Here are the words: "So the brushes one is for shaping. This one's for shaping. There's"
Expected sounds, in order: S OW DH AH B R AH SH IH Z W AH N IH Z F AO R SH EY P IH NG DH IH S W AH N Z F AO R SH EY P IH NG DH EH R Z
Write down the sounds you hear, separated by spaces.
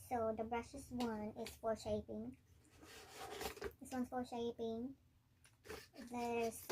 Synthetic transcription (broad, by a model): S OW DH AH B R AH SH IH S W AH N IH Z F AO R SH EY P IH NG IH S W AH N S F AO R SH EY P IH NG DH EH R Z